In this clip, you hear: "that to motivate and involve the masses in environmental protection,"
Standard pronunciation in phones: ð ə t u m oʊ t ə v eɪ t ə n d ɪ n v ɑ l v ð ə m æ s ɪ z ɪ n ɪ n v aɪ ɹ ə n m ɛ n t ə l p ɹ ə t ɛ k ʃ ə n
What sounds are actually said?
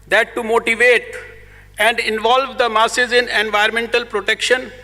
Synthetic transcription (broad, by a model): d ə t u m oʊ t ə v eɪ t ə n d ɪ n v ɑ l v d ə m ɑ s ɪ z ɪ n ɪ n v aɪ ə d m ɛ n t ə l p ɹ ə t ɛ k ʃ ə n